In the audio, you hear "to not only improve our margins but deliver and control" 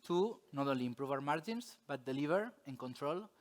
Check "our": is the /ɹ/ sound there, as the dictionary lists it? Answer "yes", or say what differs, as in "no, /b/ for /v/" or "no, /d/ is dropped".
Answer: yes